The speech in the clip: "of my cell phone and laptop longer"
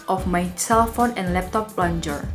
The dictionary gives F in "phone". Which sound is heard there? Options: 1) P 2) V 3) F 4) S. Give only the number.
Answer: 3